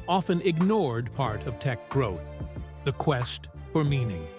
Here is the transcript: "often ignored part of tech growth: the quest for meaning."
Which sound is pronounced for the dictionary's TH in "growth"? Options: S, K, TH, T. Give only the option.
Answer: TH